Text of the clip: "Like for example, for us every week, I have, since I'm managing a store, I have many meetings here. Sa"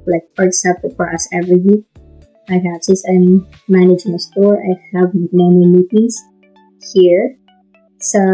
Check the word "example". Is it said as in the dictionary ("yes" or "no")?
no